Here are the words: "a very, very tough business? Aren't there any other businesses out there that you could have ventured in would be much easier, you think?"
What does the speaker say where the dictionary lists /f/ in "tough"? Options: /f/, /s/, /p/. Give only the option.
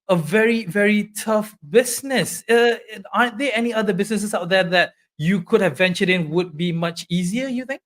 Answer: /f/